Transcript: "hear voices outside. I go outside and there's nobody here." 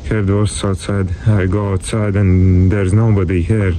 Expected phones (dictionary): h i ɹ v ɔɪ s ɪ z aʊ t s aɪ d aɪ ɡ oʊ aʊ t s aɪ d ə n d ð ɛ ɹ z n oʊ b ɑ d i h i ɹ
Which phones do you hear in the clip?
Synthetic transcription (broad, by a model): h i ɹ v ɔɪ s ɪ ʊ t s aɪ d aɪ ɡ oʊ aʊ t s aɪ d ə n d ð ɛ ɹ z n oʊ b ɑ d i h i ɹ